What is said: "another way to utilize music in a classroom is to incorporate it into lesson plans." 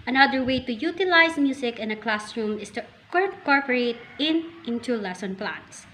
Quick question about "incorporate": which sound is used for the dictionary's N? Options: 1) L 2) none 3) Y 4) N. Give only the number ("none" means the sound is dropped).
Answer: 2